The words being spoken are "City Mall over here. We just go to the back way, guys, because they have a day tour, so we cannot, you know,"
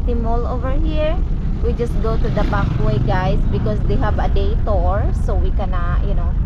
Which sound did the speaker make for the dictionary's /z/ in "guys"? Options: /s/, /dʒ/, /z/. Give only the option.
/s/